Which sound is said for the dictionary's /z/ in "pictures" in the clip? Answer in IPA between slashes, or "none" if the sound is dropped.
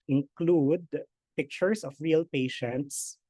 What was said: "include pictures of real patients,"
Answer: /s/